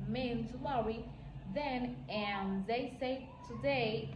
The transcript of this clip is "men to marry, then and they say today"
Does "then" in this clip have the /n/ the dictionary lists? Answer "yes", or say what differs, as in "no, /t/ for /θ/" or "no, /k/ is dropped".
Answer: yes